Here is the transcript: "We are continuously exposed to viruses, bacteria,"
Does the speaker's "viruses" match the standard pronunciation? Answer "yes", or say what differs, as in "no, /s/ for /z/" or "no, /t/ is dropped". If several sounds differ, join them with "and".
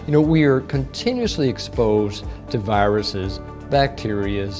yes